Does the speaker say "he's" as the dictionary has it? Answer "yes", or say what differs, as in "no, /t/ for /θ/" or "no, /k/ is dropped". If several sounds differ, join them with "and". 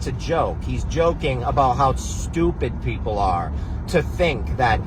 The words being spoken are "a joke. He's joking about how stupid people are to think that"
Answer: yes